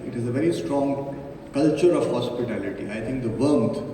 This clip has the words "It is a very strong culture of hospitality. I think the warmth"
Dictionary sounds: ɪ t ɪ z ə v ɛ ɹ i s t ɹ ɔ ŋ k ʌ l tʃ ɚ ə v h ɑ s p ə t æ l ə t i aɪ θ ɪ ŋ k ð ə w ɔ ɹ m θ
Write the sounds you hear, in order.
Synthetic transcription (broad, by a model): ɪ t ɪ z ə v ɛ ɹ i s t ɹ ɔ ŋ k ʌ l tʃ ɚ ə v h ɑ s p ə t æ l ə t i aɪ t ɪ ŋ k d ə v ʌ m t